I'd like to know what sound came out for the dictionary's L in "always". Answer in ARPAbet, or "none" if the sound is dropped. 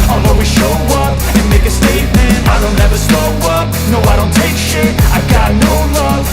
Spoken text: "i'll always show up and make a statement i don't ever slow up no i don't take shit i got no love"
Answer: none